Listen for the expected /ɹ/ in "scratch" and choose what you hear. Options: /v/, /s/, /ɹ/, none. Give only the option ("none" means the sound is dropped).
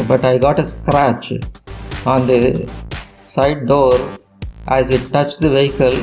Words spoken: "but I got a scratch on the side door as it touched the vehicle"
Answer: /ɹ/